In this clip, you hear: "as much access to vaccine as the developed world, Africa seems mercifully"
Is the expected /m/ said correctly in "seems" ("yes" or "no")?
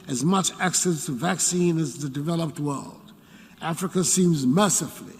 yes